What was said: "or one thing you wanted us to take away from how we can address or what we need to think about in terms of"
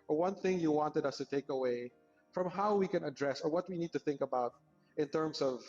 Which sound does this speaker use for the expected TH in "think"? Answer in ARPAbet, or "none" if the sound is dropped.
TH